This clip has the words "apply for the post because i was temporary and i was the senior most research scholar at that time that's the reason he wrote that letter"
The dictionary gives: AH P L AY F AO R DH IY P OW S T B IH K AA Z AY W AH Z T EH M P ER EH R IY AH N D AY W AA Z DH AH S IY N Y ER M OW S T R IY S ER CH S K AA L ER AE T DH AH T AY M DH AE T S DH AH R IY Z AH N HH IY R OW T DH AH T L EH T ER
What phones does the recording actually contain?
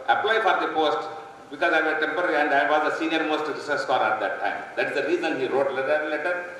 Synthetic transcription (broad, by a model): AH P L AY F AO R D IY P OW S T B IH K AA Z AY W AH T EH M P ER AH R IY AH N D AY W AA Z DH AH S IY N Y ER M OW S T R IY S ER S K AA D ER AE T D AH T AY M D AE T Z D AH R IY Z AH N HH IY R OW T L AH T L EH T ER